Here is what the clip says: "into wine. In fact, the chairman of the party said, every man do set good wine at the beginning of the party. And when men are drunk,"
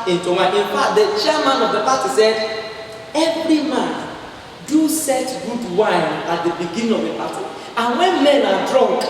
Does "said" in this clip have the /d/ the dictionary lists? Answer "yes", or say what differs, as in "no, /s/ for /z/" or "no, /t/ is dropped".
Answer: yes